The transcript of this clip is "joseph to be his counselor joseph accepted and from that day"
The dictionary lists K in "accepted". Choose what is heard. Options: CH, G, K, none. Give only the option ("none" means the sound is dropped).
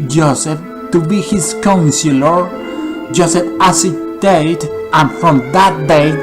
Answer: none